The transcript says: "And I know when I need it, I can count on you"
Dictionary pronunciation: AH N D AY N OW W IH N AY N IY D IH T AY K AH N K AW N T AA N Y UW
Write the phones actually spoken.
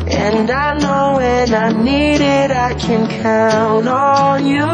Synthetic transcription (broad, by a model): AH N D AY N OW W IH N AY N IY D IH T AY K AH N K AW N T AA L Y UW